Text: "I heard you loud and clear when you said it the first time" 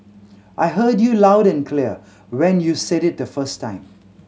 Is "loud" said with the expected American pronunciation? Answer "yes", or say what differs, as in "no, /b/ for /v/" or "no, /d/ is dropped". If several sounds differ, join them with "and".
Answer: yes